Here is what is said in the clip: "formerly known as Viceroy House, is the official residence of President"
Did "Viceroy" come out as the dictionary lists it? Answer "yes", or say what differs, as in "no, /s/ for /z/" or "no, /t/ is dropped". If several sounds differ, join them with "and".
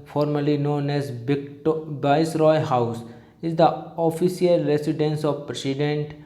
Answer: no, /b/ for /v/